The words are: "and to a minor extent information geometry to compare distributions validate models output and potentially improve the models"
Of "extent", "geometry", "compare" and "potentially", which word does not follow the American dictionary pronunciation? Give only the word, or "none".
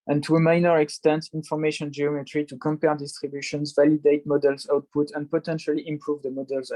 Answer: none